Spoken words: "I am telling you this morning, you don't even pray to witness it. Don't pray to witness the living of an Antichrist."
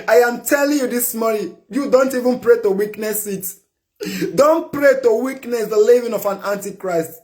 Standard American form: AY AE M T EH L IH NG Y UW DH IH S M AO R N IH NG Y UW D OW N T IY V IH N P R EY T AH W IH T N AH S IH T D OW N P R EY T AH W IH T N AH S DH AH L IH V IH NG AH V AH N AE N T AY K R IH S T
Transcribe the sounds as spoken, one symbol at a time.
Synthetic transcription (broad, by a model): AY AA M T EH L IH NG Y UW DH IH S M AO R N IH Y UW D OW N T IY V IH N P R EY T AH W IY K N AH S IH T D OW N P R EY T AH W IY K N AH S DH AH L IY V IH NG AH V AH N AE N T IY K R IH S T